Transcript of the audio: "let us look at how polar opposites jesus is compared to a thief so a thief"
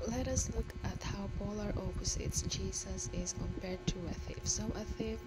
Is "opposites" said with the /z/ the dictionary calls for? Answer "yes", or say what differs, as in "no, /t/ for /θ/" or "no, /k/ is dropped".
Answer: no, /s/ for /z/